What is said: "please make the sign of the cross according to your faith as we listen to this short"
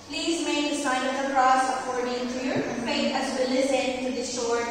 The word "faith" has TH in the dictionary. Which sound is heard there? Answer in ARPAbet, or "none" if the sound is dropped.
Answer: T